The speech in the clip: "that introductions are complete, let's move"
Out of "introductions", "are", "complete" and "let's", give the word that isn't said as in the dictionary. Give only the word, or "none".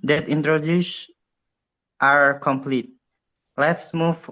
introductions